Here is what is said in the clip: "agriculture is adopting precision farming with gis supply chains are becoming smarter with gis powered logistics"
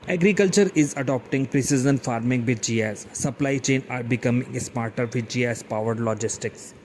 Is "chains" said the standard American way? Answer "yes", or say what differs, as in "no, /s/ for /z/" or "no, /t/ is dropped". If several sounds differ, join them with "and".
no, /z/ is dropped